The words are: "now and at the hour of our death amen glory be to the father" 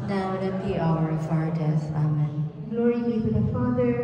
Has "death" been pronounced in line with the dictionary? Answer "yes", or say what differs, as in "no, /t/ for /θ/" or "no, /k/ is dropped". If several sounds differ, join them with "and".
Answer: no, /s/ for /θ/